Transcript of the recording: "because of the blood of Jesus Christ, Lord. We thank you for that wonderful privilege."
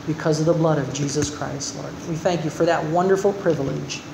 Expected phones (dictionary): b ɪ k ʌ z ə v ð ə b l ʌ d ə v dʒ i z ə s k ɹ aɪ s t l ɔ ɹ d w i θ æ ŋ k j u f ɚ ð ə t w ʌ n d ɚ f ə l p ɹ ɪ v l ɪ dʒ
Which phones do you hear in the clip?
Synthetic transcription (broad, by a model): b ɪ k ʌ z ə v ð ə b l ʌ d ə v dʒ i z ə s k ɹ aɪ s t l ɔ ɹ d w i θ æ ŋ k j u f ɚ ð ə t w ʌ n d ɚ f l p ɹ ɪ v l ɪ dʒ